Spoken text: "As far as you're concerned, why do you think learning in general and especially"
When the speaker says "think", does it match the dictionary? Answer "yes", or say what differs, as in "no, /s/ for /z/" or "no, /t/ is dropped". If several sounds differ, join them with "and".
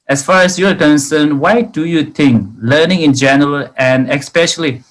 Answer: no, /t/ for /θ/